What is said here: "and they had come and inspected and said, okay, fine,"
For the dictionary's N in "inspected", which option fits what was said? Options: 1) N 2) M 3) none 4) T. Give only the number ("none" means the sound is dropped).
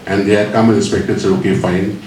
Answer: 3